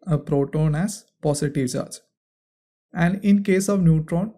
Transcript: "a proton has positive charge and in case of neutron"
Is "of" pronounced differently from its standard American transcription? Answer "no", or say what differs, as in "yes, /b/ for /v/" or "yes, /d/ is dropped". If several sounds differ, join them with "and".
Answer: no